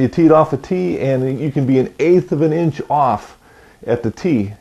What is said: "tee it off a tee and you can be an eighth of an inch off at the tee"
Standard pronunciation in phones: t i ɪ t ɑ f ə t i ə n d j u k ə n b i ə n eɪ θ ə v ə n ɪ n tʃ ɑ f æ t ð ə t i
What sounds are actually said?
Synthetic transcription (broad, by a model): t i ɪ t ɑ f ə t i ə n j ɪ k ə n b i ə n eɪ θ ə v ə n ɪ n tʃ ɑ f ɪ t ð ə t i